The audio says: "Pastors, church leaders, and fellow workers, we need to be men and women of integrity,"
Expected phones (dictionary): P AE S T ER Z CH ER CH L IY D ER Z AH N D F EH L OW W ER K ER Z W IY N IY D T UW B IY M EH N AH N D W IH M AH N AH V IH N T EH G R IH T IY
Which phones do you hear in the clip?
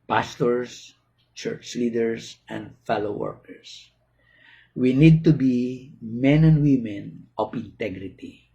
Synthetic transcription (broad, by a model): P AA S T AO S CH ER CH L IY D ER S AH N D F EH L OW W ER K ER S W IY N IY D T UW B IY M EH N AH N D W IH M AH N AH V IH N T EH G R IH T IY